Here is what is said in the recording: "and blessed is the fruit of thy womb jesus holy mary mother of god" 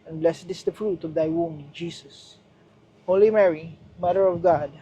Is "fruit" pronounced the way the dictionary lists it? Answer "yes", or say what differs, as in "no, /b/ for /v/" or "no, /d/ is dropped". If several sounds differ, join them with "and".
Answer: yes